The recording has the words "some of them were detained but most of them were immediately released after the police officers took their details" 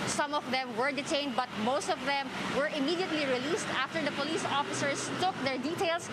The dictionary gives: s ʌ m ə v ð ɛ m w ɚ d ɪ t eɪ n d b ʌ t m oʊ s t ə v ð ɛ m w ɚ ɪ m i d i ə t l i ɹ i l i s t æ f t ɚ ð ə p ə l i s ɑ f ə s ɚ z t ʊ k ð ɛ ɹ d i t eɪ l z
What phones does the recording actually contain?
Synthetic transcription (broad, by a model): s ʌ m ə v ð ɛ m w ɚ d ɪ t eɪ n d b ʌ t m oʊ s t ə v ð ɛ m w ɚ ɪ m i d i ə t l i ɹ i l i s t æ f t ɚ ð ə p ə l i s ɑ f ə s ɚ s t ʊ k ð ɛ ɹ d i t eɪ l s